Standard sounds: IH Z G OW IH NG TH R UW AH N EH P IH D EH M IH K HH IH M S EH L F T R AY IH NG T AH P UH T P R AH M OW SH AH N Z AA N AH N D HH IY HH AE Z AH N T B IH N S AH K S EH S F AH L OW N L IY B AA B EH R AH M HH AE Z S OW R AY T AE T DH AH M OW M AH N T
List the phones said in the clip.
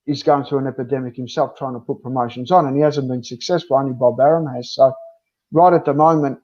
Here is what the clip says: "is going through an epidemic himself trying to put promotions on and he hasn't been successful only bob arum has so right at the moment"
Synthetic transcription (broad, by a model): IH Z G OW IH NG TH R UW AH N EH P IH D EH M IH K HH IH M S EH L F T R AY IH NG T AH P UH T P R AH M OW SH AH N Z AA N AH N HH IY HH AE Z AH N B IH N S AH K S EH S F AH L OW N IY B AA B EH R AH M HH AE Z S OW R AY T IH T DH AH M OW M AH N T